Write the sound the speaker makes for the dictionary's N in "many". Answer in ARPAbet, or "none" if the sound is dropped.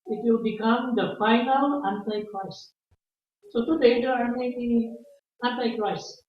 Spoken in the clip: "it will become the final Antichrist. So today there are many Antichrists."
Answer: none